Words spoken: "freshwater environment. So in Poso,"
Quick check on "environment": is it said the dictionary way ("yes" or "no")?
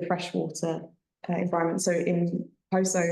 no